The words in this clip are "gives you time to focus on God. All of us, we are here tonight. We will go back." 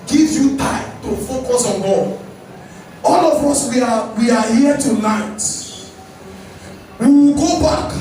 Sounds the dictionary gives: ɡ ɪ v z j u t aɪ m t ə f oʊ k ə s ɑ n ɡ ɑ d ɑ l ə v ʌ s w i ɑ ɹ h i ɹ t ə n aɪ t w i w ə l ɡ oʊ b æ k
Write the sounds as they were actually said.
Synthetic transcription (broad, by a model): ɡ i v j u t aɪ m t ə f oʊ k ə s ɑ n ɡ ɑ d ɑ l ə v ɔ s w i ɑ w h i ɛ t ə n aɪ t w i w ɡ oʊ b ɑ k